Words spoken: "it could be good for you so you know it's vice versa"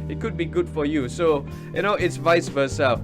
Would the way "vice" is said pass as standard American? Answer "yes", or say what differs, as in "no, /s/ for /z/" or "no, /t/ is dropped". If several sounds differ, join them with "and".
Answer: yes